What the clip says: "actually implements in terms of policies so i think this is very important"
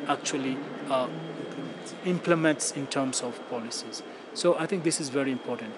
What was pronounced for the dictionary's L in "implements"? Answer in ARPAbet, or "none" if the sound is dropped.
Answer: L